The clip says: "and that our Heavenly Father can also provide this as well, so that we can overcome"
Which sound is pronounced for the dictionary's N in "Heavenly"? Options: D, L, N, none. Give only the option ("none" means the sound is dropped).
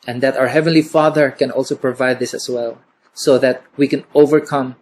N